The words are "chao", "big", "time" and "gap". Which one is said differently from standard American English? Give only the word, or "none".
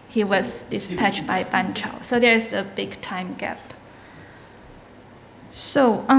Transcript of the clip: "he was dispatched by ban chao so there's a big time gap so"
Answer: none